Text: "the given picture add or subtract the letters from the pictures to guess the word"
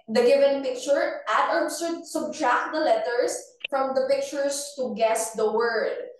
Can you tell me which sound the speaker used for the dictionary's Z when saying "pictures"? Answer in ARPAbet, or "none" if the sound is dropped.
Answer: S